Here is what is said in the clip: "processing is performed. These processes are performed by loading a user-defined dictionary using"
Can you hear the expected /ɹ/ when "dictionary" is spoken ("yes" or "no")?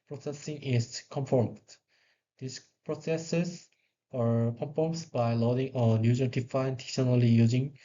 no